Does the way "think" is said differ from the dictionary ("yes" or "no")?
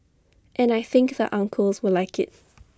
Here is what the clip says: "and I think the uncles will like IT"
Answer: no